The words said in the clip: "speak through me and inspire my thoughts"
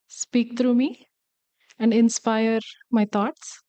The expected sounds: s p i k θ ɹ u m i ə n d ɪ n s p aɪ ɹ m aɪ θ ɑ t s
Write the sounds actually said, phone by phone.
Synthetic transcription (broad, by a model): s p i k t ɹ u m i ə n d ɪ n s p aɪ ɹ m aɪ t ɑ t s